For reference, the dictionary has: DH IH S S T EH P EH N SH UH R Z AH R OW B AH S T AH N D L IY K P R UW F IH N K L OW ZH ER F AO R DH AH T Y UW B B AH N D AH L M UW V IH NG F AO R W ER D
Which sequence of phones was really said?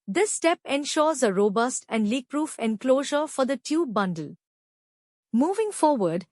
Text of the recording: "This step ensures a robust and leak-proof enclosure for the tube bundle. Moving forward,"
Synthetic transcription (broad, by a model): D IH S S T EH P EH N SH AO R Z AH R OW B AH S T AH N D L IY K P R UW F IH N K L OW ZH ER F AO R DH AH T Y UW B B AH N D AH L M UW V IH NG F AO R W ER D